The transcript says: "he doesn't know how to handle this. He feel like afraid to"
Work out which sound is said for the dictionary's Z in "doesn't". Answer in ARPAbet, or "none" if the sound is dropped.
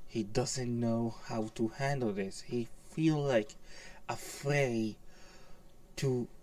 Z